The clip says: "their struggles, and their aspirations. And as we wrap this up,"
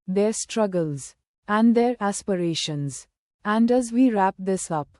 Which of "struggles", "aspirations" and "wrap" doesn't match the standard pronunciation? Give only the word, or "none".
none